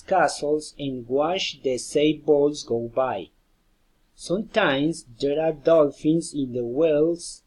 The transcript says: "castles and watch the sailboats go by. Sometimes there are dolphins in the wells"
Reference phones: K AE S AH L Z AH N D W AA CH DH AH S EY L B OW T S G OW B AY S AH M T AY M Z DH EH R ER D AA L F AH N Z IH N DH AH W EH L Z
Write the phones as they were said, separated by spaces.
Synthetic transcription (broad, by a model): K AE S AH L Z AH N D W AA SH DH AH S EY B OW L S G OW B AY S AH M T AY M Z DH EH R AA D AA L F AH N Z IH N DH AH W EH L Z